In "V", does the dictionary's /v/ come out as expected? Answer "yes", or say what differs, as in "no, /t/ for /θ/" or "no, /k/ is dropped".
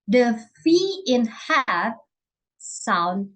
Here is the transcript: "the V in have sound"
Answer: no, /f/ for /v/